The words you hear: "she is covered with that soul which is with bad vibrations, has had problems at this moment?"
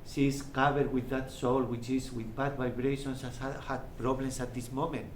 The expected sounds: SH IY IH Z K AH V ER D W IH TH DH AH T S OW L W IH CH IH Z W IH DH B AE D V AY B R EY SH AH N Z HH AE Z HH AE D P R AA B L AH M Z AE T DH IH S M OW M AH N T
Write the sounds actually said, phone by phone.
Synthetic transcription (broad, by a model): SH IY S K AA B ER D W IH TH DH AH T S OW L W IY CH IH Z W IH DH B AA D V AY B R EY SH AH N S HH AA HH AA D P R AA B L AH M S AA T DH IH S M OW M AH N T